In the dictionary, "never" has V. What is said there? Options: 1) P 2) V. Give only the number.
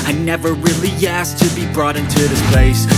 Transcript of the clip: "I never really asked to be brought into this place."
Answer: 2